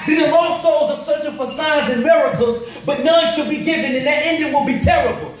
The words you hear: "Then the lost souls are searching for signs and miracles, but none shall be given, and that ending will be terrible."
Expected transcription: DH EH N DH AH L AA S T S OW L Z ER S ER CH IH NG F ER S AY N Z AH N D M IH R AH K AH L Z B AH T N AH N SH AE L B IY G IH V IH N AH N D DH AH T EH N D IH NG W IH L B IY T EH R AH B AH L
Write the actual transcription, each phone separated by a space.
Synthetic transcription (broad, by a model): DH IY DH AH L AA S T S OW L Z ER S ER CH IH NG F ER S AY Z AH N M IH R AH K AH L Z B AH T N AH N SH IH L B IY G IH V IH N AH N DH AH T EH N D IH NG W IH L B IY T EH R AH B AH L